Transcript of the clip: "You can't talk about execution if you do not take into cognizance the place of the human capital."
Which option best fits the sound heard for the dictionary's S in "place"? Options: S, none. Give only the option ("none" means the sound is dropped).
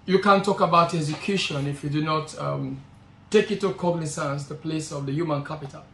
S